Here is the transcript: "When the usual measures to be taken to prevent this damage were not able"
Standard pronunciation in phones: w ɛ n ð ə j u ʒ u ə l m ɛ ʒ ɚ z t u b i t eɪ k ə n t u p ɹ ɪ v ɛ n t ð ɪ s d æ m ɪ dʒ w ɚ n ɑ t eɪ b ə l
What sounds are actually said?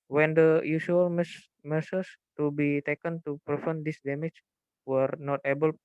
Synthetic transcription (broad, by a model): w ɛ n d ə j u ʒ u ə l m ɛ s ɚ s t u b i t eɪ k ə n t u p ɹ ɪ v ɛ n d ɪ s d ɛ m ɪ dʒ w ɚ n ɑ t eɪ b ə l